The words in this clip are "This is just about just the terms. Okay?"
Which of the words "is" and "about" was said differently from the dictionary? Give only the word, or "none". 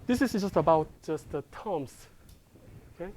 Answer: is